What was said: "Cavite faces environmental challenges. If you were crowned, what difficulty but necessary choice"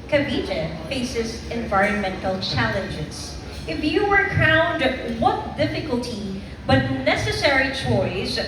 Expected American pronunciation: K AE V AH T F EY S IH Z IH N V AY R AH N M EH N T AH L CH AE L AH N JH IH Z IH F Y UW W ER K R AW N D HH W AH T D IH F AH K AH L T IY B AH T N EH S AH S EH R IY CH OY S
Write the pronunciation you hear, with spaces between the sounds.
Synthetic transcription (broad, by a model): K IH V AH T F EY S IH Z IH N V AY R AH N M EH N T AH L CH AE L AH N JH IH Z IH F Y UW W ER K AW N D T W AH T D IH F AH K AH L T IY B AH T N EH S AH S EH R IY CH OY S